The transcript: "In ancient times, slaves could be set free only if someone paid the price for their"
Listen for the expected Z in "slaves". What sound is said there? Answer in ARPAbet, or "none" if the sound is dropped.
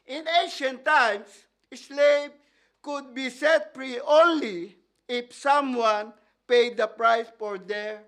none